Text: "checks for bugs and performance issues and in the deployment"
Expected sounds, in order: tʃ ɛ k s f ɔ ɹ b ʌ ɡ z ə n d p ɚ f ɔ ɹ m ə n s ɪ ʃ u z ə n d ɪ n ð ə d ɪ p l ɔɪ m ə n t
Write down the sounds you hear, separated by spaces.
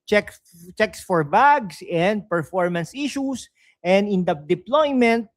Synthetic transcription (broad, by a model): tʃ ɛ k s f ɔ ɹ b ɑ ɡ s ə n d p ɚ f ɔ ɹ m ə n s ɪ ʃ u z ə n d ɪ n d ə d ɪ p l ɔɪ m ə n t